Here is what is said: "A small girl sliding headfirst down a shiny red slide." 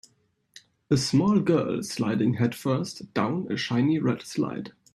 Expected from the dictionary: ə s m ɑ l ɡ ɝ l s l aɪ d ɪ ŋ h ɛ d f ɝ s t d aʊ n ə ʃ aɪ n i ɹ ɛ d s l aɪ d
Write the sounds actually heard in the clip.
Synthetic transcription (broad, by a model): ə s m ɑ l ɡ ɝ l s l aɪ d ɪ ŋ h ɛ d f ɝ s t d aʊ n ə ʃ aɪ n i ɹ ɛ d s l aɪ d